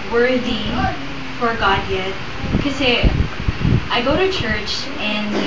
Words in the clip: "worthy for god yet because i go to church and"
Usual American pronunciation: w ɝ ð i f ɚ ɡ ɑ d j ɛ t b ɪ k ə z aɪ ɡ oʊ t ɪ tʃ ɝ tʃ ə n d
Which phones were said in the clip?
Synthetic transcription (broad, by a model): w ɝ ð i f ɚ ɡ ɑ d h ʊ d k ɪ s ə aɪ ɡ oʊ t ɪ tʃ ɝ tʃ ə n